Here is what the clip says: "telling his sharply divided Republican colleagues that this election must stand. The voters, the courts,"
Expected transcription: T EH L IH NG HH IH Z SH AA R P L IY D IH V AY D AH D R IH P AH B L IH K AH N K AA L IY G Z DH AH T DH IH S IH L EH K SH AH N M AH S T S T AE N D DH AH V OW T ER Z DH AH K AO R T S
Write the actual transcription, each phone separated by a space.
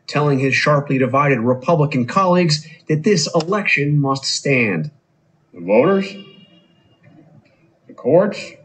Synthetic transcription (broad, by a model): T EH L IH NG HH IH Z SH AA R P L IY D IH V AY D AH D R IH P AH B L IH K AH N K AA L IY G Z DH AH T DH IH S IH L EH K SH AH N M AH S T S T AE N D DH AH V OW T ER Z DH AH K AO R T S